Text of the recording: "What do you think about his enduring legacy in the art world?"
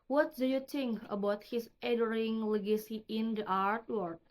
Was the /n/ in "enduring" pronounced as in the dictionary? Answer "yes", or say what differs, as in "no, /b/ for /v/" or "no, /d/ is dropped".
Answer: no, /n/ is dropped